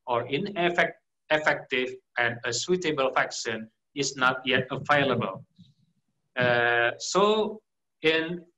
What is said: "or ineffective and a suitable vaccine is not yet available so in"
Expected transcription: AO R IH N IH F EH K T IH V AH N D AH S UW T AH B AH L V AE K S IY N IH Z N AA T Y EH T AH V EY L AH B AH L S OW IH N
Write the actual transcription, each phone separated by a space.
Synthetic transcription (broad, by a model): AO R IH N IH F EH K T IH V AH N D AH S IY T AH B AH L F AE K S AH N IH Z N AA T Y EH T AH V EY L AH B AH L S OW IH N